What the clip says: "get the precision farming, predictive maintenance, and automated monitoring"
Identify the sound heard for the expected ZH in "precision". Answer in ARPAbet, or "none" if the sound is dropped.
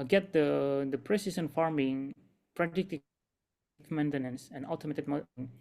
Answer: S